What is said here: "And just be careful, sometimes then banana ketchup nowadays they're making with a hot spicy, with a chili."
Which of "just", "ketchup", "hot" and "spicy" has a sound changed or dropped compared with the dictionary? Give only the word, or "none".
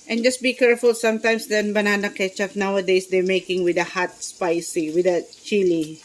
ketchup